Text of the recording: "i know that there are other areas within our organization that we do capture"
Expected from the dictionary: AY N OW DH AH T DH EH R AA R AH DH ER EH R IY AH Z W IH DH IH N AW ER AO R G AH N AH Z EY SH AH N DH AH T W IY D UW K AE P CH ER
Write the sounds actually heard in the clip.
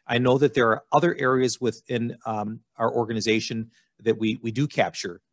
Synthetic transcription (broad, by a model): AY N OW DH AH T DH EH R AA R AH DH ER EH R IY AH Z W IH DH IH N AW ER AO R G AH N AH Z EY SH AH N DH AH T W IY D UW K AE P CH ER